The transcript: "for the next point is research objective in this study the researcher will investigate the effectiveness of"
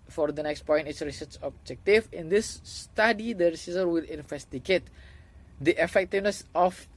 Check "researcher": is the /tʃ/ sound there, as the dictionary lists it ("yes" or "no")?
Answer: no